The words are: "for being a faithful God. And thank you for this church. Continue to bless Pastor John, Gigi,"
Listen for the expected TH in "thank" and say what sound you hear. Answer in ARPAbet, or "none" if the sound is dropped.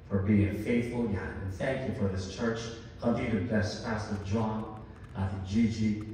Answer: TH